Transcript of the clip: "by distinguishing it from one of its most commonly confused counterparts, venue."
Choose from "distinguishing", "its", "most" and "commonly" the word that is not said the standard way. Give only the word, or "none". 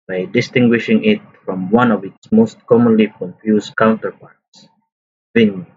none